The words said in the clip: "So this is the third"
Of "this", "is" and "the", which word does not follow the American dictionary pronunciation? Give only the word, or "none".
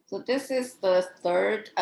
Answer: none